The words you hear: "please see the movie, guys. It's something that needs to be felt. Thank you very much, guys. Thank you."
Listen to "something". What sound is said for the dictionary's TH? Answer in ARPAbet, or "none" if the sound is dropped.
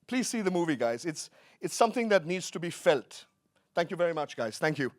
TH